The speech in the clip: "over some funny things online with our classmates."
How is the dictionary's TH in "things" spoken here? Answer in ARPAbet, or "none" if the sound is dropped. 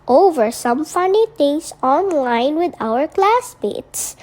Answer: T